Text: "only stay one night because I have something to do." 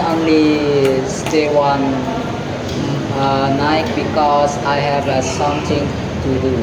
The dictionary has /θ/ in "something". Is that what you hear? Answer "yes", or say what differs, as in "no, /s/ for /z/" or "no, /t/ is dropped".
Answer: no, /t/ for /θ/